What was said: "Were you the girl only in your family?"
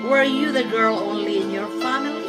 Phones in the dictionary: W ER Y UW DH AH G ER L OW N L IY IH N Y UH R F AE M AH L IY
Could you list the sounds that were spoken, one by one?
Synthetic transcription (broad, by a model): W ER Y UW DH AH G ER L OW N L IY IH N Y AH R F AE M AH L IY